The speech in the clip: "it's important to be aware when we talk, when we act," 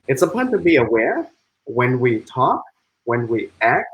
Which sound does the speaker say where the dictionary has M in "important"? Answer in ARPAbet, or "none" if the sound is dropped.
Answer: none